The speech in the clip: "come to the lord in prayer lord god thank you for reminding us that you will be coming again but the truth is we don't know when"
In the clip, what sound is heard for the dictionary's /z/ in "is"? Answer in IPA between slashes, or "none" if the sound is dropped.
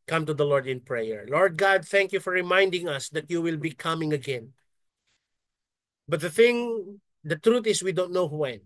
/s/